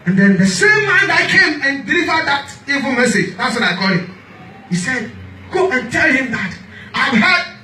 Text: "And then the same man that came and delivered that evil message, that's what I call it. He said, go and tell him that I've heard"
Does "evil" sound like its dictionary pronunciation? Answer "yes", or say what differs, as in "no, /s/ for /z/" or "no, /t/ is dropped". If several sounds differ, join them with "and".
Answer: yes